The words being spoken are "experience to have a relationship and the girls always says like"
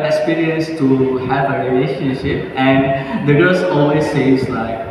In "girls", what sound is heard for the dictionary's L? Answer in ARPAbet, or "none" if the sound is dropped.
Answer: none